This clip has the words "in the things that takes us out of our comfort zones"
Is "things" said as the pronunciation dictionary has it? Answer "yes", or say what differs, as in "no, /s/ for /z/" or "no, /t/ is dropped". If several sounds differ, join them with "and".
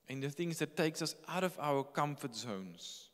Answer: yes